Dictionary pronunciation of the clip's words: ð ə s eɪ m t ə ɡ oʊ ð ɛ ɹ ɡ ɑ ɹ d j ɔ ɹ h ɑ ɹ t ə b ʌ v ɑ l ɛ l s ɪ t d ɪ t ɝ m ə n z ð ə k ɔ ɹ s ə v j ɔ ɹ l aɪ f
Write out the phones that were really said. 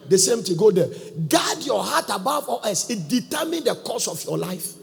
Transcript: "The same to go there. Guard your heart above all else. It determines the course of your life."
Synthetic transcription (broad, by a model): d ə s eɪ m t ə ɡ oʊ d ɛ ɡ ɑ d j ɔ h ɑ t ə b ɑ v ɑ l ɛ s ɪ t d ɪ t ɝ m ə n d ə k ɔ s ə f j ɔ l aɪ f